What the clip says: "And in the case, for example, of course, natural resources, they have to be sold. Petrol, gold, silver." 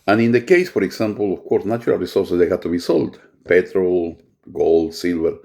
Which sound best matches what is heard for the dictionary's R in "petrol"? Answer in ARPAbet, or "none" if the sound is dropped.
R